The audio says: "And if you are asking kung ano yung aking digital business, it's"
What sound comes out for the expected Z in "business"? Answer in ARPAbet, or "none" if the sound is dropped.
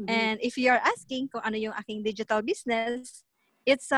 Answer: S